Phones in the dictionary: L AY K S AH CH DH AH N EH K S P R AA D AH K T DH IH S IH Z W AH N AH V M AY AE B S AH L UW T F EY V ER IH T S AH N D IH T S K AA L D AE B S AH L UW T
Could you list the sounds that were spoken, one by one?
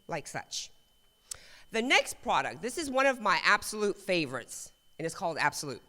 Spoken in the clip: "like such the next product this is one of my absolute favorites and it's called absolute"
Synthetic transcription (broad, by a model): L AY K S AH CH DH AH N EH K S P R AA D AH K T DH IH S IH Z W AH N AH V M AY AE B S AH L UW T F EY V ER IH T S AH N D IH T S K AA L D AE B S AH L UW T